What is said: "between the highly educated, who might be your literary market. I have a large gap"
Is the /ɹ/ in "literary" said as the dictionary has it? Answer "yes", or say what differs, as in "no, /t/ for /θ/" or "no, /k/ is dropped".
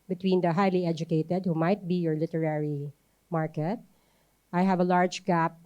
yes